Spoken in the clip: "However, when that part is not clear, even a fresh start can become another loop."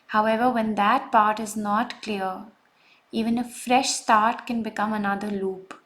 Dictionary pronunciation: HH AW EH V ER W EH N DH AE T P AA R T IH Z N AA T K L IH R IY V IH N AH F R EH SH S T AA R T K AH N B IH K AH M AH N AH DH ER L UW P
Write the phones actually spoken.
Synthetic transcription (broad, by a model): HH AW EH V ER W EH N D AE T P AA R T IH Z N AA T K L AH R IY V IH N AH F R EH SH S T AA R T K AH N B IH K AH M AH N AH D ER L UW P